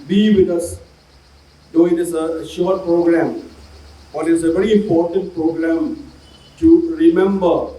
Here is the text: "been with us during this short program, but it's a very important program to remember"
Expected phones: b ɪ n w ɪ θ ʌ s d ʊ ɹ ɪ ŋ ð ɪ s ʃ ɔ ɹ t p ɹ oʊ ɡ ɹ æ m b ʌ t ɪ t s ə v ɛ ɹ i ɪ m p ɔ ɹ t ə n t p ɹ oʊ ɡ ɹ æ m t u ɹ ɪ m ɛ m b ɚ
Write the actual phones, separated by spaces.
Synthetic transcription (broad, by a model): b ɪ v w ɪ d ʌ s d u ɪ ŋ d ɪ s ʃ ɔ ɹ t p ɹ oʊ ɡ ɹ æ m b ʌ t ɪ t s ə v ɛ ɹ i ɪ m p ɔ ɹ t ə n t p ɹ oʊ ɡ ɹ æ m t u ɹ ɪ m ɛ m b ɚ